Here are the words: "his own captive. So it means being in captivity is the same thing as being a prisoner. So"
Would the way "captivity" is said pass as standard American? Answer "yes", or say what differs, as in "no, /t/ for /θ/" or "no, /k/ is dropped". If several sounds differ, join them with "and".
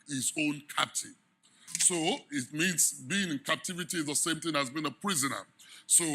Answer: yes